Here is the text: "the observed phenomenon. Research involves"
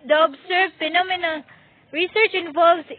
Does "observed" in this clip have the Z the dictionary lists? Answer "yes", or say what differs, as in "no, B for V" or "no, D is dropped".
no, S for Z